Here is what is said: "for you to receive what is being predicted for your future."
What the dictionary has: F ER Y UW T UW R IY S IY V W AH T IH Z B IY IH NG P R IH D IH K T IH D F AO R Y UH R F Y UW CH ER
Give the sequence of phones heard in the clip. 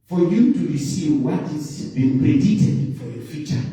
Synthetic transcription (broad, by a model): F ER Y UW T UW R IY S IY V W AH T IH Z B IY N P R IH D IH T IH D F AO R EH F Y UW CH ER